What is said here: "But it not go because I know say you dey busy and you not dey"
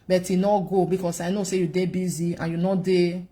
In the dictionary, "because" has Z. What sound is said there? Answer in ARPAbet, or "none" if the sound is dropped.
S